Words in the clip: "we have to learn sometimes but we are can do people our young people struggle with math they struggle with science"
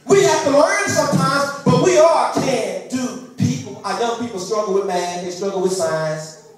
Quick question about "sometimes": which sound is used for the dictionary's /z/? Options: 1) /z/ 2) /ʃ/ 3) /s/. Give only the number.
1